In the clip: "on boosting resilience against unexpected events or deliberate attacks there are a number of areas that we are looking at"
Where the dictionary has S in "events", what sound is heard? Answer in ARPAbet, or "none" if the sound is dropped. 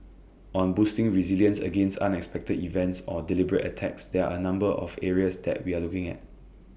S